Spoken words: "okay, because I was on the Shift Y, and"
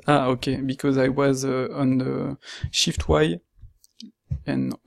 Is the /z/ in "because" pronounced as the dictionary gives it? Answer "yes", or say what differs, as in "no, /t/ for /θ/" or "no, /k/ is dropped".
yes